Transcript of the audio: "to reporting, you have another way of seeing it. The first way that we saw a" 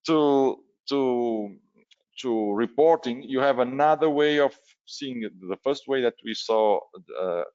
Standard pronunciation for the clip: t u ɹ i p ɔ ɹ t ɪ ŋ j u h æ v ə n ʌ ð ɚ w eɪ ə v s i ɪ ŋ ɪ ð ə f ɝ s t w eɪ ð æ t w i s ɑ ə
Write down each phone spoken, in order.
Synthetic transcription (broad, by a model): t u ɹ i p ɔ ɹ t ɪ ŋ j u h æ v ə n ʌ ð ɚ w eɪ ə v s i ɪ ŋ ð ə f ɝ s t w eɪ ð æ t w i s ɑ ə